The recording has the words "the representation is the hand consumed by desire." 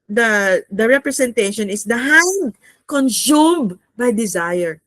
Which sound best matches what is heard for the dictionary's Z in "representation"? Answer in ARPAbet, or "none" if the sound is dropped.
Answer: S